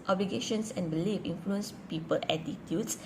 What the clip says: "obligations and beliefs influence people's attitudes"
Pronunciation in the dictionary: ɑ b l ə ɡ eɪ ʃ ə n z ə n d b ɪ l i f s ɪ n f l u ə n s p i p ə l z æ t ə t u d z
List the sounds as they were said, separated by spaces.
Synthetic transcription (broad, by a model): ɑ b l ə ɡ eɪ ʃ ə n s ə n b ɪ l i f ɪ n f l u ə n s p i p ə l æ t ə t u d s